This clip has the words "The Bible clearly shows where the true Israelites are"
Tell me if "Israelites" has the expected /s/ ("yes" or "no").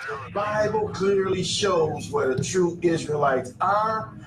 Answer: yes